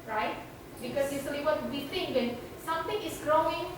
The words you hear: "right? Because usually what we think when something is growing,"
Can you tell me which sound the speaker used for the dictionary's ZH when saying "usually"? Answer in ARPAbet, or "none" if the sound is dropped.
S